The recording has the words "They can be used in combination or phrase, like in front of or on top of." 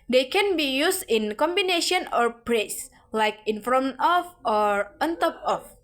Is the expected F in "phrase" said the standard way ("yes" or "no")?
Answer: no